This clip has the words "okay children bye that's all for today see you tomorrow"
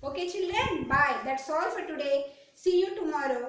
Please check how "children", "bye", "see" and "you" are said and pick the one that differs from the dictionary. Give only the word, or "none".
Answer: children